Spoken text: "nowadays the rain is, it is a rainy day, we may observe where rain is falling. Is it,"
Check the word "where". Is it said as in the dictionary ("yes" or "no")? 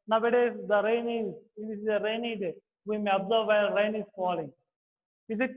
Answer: no